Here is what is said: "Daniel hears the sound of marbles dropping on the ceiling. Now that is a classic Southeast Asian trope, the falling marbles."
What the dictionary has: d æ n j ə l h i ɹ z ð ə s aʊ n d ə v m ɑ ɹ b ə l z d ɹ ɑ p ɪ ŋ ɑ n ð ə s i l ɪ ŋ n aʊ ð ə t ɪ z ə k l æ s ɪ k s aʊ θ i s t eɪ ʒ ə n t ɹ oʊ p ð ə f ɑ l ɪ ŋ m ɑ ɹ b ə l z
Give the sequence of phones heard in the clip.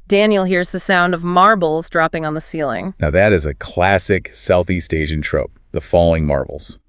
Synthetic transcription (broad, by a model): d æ n j l h i ɹ z ð ə s aʊ n d ə v m ɑ ɹ b l z d ɹ ɑ p ɪ ŋ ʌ n ð ə s i l ɪ ŋ n aʊ ð ə t ɪ z ə k l æ s ɪ k s aʊ θ i s t eɪ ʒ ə n t ɹ oʊ p ð ə f ɑ l ɪ ŋ m ɑ ɹ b l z